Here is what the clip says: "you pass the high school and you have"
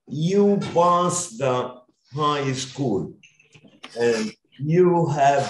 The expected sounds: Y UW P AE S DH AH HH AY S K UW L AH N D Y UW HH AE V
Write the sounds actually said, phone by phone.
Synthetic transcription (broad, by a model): Y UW B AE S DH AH HH AY S K UW L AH N Y UW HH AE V